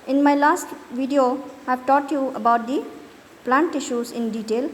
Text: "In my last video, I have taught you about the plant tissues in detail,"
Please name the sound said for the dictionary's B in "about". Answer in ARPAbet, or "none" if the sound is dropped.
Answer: B